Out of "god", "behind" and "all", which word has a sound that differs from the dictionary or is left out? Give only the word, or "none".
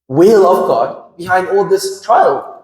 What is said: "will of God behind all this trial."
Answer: none